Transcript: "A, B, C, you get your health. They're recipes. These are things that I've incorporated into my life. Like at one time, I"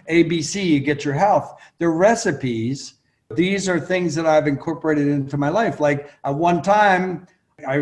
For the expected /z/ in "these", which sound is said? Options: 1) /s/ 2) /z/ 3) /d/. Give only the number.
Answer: 2